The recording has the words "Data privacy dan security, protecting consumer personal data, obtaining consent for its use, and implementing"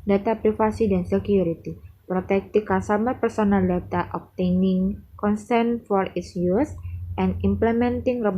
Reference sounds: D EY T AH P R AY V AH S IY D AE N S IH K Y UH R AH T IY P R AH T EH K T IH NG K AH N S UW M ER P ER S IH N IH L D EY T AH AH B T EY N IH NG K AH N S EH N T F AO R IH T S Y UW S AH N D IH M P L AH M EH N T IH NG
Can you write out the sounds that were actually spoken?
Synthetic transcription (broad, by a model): D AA T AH P R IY F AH S IY D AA N S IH K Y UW R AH T IY P R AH T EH K T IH K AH S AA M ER P ER S IH N IH L D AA T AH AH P T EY N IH NG K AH N S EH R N F AO R IH T S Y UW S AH N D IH M P L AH M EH N T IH NG